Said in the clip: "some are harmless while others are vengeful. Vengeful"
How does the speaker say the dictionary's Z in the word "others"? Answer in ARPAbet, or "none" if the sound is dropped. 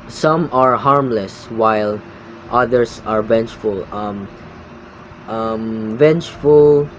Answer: S